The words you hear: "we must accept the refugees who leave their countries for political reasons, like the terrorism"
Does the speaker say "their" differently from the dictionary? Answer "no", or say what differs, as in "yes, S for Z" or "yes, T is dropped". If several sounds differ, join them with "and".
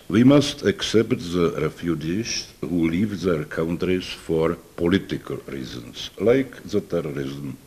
no